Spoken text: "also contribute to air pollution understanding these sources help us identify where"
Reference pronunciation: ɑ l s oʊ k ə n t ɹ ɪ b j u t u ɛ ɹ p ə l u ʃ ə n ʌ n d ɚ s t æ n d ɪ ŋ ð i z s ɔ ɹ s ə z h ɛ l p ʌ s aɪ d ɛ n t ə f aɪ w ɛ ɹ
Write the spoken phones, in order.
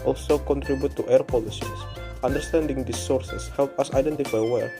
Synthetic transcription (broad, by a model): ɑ l s oʊ k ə n t ɹ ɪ b j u t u ɛ ɹ p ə l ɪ s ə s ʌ n d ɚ s t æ n d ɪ ŋ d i s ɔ ɹ s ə s h ɛ l p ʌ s aɪ d ɛ n t ə f aɪ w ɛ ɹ